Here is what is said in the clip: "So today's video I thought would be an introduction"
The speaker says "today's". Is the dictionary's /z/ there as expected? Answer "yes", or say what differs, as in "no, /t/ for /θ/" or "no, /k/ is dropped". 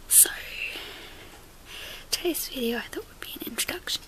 no, /s/ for /z/